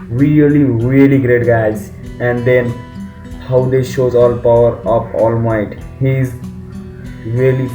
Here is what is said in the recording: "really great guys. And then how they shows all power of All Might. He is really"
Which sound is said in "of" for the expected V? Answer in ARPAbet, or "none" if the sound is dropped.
P